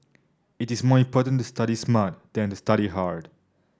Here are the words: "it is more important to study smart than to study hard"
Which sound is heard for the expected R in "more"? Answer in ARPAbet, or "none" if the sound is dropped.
R